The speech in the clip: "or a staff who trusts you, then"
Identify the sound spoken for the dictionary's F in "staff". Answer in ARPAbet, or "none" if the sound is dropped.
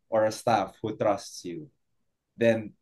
F